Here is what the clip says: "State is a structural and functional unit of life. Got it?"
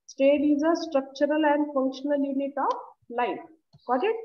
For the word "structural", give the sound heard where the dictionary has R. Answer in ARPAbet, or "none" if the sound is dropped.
R